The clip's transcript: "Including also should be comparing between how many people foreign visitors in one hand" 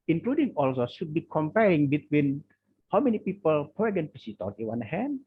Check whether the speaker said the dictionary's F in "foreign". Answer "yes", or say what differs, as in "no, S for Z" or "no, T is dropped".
no, P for F